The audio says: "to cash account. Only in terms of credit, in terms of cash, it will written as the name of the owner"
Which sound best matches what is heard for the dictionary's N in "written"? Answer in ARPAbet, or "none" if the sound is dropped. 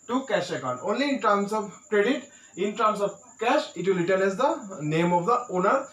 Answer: L